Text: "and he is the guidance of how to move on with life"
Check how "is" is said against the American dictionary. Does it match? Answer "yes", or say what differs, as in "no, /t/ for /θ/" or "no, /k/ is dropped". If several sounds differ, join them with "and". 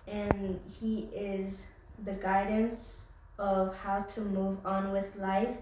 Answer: yes